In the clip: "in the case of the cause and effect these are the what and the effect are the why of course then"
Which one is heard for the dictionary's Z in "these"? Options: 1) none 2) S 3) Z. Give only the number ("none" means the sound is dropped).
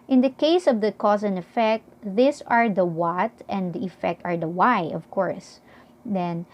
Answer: 2